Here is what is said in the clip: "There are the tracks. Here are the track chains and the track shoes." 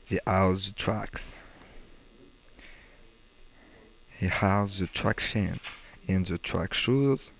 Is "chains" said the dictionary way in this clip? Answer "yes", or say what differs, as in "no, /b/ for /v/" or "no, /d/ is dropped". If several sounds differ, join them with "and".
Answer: no, /s/ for /z/